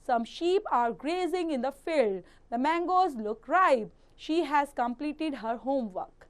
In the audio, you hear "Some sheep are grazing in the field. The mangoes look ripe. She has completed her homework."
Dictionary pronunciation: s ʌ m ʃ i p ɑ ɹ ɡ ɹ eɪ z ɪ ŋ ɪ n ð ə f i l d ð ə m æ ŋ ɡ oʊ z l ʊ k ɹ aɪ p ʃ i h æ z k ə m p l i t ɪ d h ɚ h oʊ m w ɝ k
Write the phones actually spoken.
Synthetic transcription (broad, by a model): s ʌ m ʃ i p ɑ ɹ ɡ ɹ eɪ z ɪ ŋ ɪ n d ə f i l d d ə m æ ŋ ɡ oʊ z l ʊ k ɹ aɪ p ʃ i h æ z k ə m p l i t ɪ d h ɚ h oʊ m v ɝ k